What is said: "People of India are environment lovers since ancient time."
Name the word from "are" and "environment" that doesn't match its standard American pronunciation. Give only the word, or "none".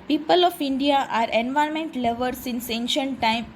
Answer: environment